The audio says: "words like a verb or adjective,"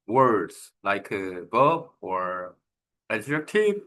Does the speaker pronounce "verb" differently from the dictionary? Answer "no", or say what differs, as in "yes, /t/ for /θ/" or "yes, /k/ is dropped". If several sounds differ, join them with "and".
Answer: yes, /b/ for /v/